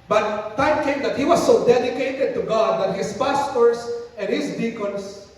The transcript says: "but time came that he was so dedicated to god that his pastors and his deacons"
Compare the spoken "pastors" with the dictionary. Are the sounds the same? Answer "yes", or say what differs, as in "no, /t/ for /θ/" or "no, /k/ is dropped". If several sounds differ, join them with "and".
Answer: no, /s/ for /z/